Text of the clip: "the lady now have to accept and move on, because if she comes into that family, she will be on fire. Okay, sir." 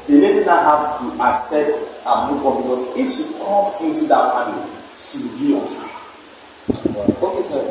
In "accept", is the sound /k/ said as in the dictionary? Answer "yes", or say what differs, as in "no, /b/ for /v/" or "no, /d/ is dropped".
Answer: no, /k/ is dropped